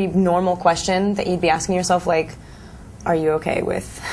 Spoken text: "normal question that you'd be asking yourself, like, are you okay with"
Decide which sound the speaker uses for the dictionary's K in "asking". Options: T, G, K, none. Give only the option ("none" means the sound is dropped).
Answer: K